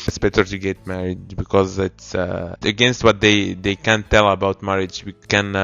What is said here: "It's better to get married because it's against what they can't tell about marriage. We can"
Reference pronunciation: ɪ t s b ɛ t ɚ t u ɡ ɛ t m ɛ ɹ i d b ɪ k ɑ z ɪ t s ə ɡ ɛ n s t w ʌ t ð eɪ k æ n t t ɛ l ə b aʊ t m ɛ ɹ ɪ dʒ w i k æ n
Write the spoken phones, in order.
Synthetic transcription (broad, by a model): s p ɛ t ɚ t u ɡ ɛ t m ɛ ɹ i d b ɪ k ɑ z ɪ t s ə ɡ ɛ n s t w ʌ t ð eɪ k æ n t t ɛ l ə b aʊ t m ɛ ɹ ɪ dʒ w i k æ n